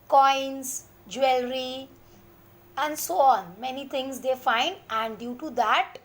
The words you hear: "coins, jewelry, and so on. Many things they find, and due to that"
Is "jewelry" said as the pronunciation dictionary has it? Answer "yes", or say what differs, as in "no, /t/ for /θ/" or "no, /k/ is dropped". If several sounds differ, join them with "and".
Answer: yes